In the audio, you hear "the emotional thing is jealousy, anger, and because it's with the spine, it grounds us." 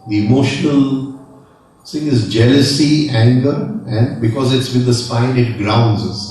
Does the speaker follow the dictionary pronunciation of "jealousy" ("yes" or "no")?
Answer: yes